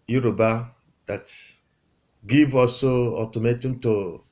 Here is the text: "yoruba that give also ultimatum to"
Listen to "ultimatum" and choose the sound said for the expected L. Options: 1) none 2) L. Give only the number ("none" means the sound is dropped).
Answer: 1